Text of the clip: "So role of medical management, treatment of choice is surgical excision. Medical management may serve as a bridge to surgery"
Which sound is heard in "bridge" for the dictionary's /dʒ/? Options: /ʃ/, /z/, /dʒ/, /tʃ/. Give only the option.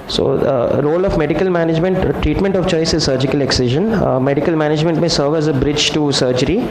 /dʒ/